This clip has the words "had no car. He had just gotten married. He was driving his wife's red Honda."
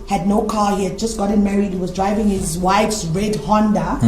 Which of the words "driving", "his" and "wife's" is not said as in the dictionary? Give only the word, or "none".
none